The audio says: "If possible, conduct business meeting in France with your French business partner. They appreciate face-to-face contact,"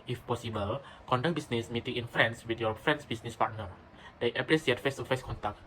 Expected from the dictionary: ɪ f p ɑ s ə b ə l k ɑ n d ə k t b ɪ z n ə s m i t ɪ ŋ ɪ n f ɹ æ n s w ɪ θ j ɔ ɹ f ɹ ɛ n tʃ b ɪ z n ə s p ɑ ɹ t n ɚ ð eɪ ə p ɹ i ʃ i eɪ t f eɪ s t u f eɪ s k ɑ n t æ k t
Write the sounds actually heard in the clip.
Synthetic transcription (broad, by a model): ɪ f p ɑ s ə b ə l k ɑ n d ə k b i s n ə s m i t ɪ ŋ ɪ n f ɹ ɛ n s w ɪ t j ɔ f ɹ ɛ n s b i s n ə s p ɑ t n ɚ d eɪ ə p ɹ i s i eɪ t f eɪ s t u f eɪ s k ɑ n t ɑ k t